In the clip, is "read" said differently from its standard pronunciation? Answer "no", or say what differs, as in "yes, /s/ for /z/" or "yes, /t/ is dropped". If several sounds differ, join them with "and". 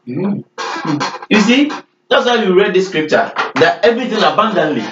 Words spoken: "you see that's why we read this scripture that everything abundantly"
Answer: no